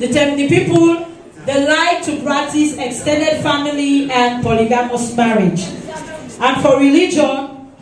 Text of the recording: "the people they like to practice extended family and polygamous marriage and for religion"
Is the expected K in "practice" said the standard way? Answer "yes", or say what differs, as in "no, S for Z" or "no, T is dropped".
no, K is dropped